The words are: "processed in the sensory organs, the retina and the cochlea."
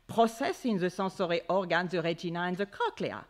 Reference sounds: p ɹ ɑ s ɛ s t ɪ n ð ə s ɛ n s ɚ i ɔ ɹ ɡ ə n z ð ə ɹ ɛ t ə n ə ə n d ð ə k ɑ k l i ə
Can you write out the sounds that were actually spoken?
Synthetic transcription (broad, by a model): p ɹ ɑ s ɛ s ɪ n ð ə s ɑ s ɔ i ɔ ɹ ɡ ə n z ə ɹ ɛ t ə n ə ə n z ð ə k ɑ k l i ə